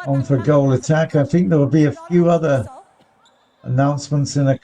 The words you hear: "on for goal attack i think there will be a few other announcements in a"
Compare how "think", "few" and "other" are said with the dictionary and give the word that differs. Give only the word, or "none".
none